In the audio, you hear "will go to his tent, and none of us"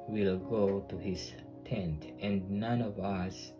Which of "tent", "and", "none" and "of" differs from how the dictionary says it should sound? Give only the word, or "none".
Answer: none